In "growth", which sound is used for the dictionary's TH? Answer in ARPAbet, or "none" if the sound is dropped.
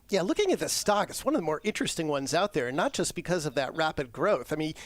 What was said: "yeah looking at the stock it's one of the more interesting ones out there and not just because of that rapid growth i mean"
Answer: TH